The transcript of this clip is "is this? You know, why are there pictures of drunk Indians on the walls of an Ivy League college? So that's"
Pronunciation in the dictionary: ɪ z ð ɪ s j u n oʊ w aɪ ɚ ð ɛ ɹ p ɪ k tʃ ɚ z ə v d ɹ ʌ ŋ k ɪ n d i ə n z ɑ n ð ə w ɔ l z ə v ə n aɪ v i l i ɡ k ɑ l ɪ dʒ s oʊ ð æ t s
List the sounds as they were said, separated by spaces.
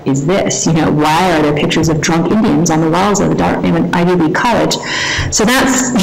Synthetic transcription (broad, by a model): ɪ z ð ɪ s j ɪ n oʊ w aɪ ɚ ð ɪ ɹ p ɪ k tʃ ɚ z ə v d ɹ ʌ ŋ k ɪ n d i ə n z n ð ə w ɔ l z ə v ə n aɪ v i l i k ɑ l ɪ dʒ s oʊ ð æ t s